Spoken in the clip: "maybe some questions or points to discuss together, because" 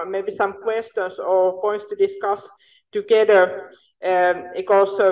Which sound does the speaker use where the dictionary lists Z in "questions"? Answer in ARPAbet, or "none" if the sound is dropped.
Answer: S